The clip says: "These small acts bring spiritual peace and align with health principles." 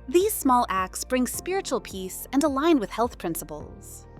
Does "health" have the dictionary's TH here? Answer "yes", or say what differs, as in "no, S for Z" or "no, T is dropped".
yes